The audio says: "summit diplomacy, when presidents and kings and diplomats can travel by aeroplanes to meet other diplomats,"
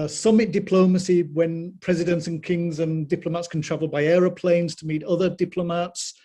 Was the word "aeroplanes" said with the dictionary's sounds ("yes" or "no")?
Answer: yes